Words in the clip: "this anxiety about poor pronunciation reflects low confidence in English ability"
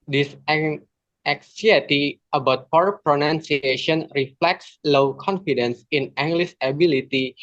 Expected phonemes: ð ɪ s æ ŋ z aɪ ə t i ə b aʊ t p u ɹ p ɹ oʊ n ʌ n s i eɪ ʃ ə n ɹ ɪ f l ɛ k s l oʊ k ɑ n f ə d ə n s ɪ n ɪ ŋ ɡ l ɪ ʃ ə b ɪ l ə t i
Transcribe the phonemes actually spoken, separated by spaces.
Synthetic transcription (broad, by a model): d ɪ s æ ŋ s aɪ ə t i ə b aʊ t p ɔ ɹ p ɹ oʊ n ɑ n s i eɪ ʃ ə n ɹ ɪ f l ɛ k s l oʊ k ɑ n f ə d ə n s ɪ n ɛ ŋ ɡ l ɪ s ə b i l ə t i